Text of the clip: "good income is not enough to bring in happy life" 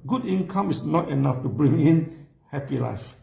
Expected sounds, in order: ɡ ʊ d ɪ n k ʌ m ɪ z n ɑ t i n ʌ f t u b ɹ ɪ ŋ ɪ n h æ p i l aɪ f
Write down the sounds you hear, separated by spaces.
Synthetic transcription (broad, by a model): ɡ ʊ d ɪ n k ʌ m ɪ s n ɑ t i n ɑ f t u b ɹ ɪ ŋ ɪ n h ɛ p i l aɪ f